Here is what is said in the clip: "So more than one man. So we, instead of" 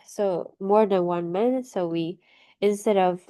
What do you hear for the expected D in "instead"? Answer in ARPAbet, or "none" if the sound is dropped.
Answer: D